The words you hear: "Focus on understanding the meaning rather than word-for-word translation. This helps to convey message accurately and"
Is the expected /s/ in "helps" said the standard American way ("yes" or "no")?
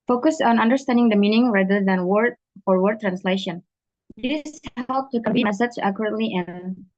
no